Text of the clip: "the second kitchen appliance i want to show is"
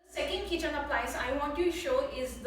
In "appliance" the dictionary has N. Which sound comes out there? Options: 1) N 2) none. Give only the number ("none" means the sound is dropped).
2